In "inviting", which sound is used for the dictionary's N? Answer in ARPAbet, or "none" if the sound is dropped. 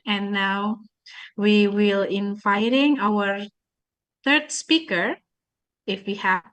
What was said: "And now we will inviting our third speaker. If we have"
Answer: N